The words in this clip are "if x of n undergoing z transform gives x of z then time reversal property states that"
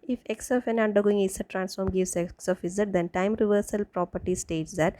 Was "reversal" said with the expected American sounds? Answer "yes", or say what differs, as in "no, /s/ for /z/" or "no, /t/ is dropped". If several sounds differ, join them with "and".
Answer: yes